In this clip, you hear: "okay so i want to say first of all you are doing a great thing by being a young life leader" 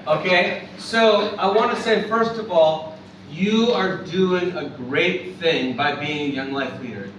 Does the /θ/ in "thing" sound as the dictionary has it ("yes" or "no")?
yes